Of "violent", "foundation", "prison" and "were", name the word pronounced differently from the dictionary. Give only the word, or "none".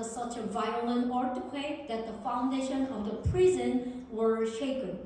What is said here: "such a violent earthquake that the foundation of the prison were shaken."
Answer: none